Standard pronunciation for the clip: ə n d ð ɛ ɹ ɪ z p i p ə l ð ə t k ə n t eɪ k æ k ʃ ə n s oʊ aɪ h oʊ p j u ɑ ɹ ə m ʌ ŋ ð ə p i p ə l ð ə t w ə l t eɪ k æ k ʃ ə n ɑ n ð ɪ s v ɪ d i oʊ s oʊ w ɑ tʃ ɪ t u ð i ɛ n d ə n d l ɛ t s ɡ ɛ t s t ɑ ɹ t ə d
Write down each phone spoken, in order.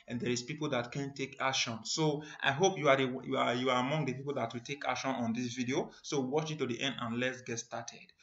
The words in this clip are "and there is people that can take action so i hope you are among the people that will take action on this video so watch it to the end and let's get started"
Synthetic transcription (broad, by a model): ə n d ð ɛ ɹ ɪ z p i p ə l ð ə t k ə n t eɪ k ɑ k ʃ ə n s oʊ aɪ h oʊ p j u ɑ w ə m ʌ ŋ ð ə p i p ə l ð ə t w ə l t eɪ k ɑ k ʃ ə n ɑ n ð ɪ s v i d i oʊ s oʊ w ɑ tʃ ɪ t u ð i ɛ n d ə n l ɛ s ɡ ɛ t s t ɑ t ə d